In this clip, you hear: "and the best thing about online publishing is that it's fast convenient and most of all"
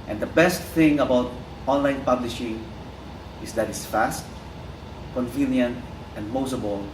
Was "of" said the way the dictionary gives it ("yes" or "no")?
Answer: no